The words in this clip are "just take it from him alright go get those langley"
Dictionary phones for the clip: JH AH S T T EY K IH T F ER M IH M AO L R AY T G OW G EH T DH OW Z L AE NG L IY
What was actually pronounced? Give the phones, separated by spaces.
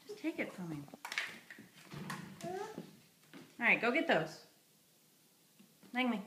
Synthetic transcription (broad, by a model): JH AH S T T EY K IH T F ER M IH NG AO R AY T G OW G EH T DH OW Z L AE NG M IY